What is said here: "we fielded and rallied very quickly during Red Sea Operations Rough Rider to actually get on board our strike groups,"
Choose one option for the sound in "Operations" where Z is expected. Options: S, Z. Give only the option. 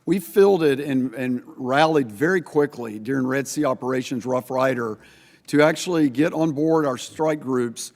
Z